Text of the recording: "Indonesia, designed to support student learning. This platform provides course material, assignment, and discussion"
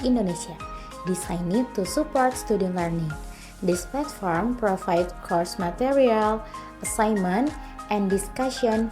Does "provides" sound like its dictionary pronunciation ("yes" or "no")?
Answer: no